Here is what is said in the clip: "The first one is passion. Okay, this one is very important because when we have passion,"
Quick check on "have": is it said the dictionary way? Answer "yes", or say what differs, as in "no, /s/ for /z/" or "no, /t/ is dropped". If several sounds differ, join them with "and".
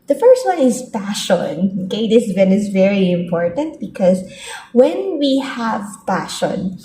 yes